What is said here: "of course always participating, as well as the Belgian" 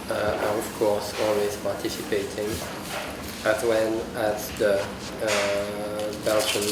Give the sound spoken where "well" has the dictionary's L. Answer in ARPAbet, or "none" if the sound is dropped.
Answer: N